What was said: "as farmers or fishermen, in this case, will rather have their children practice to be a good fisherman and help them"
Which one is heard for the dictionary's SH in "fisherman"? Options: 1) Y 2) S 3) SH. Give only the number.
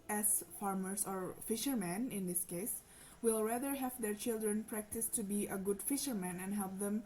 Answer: 3